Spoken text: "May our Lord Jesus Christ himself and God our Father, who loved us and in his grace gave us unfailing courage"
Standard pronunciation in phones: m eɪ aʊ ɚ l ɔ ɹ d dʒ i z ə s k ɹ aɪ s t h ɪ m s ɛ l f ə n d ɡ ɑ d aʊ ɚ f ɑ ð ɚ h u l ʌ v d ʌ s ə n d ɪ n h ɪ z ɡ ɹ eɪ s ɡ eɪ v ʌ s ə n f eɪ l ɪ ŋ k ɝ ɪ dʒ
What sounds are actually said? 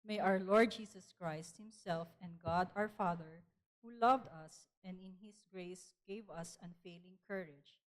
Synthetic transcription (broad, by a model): m eɪ aʊ ɚ l ɔ ɹ d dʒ i s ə s k ɹ aɪ s t h ɪ m s ɛ l f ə n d ɡ ɑ d aʊ ɚ f ɑ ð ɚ h u l ʌ v d ʌ s ə n d ɪ n h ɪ s ɡ ɹ eɪ s ɡ eɪ v ʌ s ə n f eɪ l ɪ ŋ k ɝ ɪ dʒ